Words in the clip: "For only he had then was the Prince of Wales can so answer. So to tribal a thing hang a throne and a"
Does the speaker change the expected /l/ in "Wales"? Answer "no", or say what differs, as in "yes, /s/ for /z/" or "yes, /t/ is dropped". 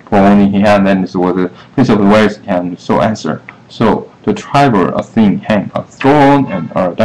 yes, /l/ is dropped